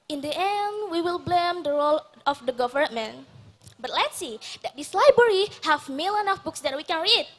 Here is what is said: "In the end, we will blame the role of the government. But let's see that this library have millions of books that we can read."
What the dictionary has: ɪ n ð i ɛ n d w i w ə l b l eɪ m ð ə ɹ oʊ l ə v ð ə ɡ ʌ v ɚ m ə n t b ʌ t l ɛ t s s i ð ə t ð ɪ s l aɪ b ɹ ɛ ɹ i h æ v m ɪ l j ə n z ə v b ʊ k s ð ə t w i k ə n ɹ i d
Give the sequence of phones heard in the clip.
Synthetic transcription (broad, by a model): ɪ n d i ɛ n d w i w ə l b l eɪ m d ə ɹ oʊ l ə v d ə ɡ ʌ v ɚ m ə n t b ʌ t l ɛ t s s i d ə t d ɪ s l aɪ b ɹ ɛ ɹ i h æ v m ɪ l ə n ə f b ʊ k s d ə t w i k ə n ɹ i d